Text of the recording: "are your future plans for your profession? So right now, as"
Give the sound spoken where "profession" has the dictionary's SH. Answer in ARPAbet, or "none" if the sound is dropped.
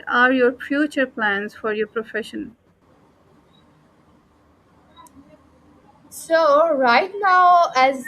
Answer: SH